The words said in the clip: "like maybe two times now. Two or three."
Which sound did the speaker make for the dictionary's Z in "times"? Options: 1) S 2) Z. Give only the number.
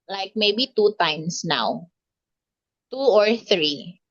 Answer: 1